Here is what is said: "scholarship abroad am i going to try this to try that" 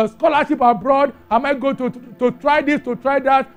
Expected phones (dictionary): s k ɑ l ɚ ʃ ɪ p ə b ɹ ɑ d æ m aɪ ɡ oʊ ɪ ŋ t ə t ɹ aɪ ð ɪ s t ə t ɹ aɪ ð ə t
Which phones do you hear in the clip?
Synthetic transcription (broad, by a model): s k ɑ l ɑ ʃ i p ə b ɹ ɑ d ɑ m aɪ ɡ oʊ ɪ t ə t ɹ aɪ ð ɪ s t ə t ɹ aɪ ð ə t